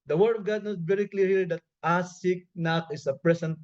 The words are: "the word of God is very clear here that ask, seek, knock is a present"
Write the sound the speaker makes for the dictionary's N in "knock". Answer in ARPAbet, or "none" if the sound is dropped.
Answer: N